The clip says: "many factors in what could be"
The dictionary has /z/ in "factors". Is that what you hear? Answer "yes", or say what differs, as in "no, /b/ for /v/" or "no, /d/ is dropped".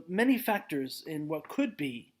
yes